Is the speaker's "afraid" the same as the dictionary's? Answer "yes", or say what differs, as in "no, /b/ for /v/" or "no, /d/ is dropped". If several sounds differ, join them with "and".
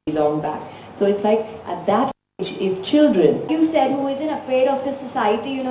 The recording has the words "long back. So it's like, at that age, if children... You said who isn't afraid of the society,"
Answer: no, /ɹ/ is dropped